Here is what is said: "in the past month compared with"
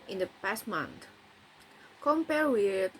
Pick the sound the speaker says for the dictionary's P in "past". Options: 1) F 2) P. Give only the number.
2